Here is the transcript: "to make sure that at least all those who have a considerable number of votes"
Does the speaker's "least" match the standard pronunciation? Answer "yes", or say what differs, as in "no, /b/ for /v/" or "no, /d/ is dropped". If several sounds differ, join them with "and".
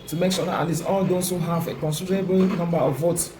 no, /t/ is dropped